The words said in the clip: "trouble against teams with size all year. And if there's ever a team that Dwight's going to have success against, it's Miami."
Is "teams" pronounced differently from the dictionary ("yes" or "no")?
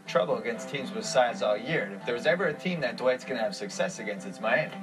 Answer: no